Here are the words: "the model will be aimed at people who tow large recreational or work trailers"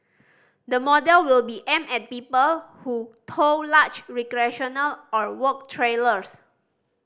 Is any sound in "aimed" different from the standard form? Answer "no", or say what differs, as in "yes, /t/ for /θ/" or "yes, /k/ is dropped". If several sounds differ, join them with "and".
yes, /d/ is dropped